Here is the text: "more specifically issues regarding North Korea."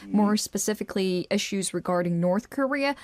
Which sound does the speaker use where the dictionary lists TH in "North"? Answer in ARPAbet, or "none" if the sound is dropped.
TH